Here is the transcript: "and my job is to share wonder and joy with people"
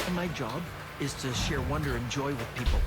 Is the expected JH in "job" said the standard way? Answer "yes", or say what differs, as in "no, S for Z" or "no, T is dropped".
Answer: yes